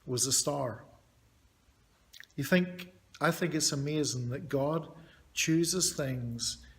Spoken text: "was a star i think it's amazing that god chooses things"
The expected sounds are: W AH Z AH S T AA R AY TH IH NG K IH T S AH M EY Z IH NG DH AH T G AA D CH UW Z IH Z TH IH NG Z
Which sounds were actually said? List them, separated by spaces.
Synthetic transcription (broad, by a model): W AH Z AH S T AA R AY TH IH NG K IH T S AH M EY Z IH NG DH AH T G AA D CH UW Z IH Z TH IH NG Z